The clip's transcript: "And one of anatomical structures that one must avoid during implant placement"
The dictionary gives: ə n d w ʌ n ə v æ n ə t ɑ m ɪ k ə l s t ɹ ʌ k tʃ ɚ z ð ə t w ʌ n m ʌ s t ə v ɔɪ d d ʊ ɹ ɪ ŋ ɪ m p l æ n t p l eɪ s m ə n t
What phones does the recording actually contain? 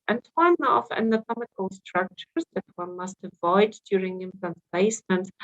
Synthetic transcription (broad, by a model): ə n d w ʌ n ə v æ n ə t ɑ m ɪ k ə l s t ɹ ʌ k tʃ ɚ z ð ə t w ʌ n m ʌ s t ə v ɔɪ d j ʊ ɹ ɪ ŋ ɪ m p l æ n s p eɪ s m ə n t